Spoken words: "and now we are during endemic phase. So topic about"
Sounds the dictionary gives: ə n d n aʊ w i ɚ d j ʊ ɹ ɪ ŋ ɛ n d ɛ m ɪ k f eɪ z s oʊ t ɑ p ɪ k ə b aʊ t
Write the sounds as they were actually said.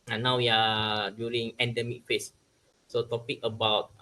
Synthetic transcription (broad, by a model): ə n n aʊ w i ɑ d j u ɹ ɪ ŋ ɛ n d ɛ m ɪ k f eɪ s s oʊ t ɑ p ɪ k ə b aʊ t